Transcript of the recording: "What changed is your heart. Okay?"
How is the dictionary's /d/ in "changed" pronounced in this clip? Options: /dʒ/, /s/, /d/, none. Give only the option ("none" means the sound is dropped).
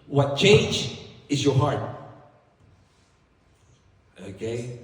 none